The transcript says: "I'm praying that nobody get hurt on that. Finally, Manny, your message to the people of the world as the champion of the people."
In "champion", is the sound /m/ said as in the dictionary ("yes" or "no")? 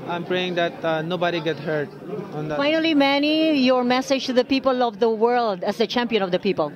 yes